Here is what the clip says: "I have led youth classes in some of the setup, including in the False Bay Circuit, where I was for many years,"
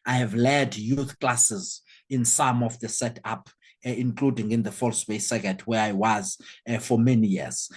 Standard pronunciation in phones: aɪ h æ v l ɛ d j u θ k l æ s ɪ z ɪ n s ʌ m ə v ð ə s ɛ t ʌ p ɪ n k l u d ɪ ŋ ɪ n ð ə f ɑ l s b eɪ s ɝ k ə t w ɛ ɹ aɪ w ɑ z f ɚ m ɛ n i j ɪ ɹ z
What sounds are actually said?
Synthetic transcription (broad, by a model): aɪ h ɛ v l ɛ d j u θ k l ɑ s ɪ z ɪ n s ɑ m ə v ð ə s ɛ t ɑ p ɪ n k l u d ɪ ŋ ɪ n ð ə f ɑ l s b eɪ s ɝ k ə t w ɛ ɹ aɪ w ɑ z f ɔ m ɛ n i j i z